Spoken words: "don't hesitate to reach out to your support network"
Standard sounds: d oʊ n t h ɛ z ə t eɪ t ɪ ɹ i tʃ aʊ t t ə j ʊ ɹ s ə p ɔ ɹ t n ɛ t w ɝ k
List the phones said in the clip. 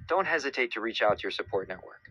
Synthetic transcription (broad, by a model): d oʊ n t h ɛ z ə t eɪ t ɪ ɹ i tʃ aʊ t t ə ɹ s ə p ɔ ɹ t n ɛ t w ɝ k